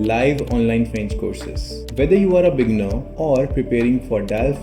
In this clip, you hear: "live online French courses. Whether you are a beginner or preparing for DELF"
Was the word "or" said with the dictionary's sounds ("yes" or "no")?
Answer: yes